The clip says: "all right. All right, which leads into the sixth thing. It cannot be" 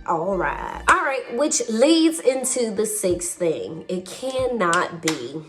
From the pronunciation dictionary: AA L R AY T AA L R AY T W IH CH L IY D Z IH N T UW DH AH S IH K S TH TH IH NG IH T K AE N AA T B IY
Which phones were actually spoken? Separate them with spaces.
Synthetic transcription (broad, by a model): AA L R AY T AA L R AY T W IH CH L IY D Z IH N T UW DH AH S IH K S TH TH IH NG IH T K AE N AA T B IY